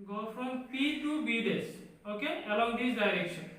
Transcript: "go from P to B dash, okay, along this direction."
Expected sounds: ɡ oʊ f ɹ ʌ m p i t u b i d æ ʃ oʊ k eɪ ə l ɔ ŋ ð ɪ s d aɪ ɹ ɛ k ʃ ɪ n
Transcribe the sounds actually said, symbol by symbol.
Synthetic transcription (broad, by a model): ɡ oʊ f ɹ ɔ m p i t u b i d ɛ s oʊ k eɪ ə l ɔ ŋ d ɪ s d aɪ ɹ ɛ k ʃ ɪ n